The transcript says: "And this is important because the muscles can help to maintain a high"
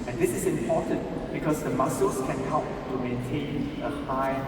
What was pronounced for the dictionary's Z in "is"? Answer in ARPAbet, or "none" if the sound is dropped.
S